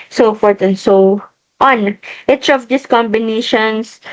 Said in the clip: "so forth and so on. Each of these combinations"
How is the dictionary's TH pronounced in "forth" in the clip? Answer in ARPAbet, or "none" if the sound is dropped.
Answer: T